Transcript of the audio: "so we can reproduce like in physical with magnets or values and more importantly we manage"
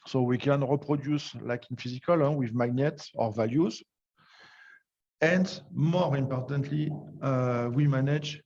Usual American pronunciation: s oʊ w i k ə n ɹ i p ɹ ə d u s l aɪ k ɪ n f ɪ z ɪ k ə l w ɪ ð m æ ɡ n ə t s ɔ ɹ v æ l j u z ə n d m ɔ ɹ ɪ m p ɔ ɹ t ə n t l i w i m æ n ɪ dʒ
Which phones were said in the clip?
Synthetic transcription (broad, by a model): s oʊ w i k ə n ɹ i p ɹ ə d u s l aɪ k ɪ n f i z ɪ k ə l w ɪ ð m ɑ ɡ n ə t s ɔ ɹ v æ l j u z ə n d m ɔ ɹ ɪ m p ɔ ɹ t ə n t l i w i m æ n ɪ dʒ